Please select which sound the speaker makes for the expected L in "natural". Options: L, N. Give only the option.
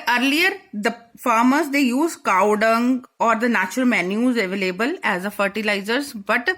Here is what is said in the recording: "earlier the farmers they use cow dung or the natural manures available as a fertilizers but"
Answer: L